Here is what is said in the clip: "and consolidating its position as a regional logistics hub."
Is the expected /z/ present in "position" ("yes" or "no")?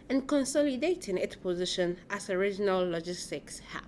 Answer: yes